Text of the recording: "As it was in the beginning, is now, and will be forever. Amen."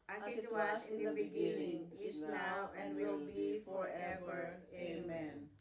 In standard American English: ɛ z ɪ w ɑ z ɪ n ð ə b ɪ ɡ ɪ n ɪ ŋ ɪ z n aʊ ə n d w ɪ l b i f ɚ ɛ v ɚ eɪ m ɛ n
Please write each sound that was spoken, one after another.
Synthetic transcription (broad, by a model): ɪ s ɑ s ɪ n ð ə b ɪ ɡ ɪ n ɪ ŋ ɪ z n aʊ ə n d w ɪ l b i f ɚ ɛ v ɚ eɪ m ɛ n